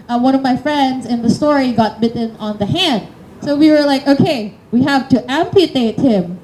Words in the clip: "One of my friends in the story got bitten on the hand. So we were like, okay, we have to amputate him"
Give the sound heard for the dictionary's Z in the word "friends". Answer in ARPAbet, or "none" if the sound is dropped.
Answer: Z